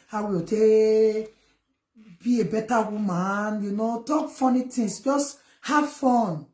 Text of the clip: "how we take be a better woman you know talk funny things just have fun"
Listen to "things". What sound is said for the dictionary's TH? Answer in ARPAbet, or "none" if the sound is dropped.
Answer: T